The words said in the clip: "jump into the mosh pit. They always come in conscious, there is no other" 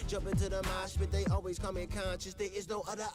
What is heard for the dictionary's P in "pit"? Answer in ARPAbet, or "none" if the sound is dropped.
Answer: B